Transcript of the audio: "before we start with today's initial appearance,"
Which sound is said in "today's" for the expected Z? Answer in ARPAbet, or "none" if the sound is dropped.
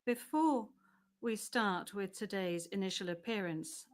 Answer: Z